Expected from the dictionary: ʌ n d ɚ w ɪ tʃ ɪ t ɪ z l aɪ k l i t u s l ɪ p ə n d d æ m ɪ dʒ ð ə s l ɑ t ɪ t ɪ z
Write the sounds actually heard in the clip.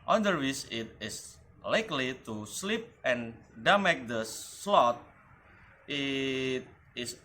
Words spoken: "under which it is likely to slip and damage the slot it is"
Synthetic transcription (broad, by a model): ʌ n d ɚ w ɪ s ɪ t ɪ s l aɪ k l i t u s l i p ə n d d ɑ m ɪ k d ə s l ɑ t ɪ t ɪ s